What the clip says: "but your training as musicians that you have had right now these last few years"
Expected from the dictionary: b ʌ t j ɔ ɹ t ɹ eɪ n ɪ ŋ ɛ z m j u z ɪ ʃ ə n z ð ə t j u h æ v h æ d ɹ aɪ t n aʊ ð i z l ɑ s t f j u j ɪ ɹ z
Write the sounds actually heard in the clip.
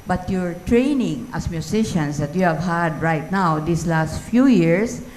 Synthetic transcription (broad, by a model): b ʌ t j ɔ ɹ t ɹ eɪ n ɪ ŋ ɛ s m j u s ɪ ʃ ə n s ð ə t j u h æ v h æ d ɹ aɪ t n aʊ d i s l ɑ s t f j u j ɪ ɹ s